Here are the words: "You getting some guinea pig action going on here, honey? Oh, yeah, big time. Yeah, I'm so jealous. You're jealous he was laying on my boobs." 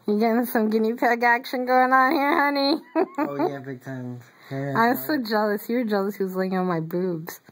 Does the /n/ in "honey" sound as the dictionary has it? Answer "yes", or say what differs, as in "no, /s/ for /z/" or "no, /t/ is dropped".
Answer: yes